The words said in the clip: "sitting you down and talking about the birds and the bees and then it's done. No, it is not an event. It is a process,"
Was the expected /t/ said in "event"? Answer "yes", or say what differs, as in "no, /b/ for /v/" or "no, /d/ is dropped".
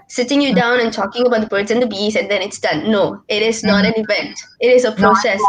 yes